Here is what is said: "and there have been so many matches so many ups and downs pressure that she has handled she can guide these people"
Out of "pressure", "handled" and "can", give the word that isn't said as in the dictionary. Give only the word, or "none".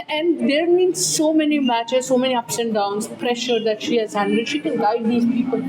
handled